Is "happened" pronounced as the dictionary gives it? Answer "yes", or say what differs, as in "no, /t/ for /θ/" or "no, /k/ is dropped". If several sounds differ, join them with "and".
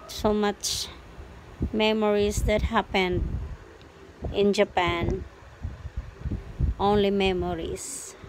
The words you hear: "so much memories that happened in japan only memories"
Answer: yes